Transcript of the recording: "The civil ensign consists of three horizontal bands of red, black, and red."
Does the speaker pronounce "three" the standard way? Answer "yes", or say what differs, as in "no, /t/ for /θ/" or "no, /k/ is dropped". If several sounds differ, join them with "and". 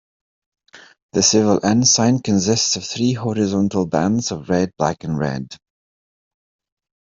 yes